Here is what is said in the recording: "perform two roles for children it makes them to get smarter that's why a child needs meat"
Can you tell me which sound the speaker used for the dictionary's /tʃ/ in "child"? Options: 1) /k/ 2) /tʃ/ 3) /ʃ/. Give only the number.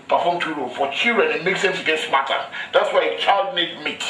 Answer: 2